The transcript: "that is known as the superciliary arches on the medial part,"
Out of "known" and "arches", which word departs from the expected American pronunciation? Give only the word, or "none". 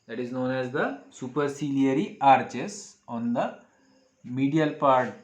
arches